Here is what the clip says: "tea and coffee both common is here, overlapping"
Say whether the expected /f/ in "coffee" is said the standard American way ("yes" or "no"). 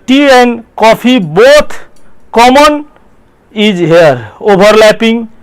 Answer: no